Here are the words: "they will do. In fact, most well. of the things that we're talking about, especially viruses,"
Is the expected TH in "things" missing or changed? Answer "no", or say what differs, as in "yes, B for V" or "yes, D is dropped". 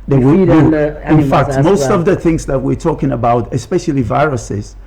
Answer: no